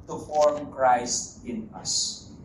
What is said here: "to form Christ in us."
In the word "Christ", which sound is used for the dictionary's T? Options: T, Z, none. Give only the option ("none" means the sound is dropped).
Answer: T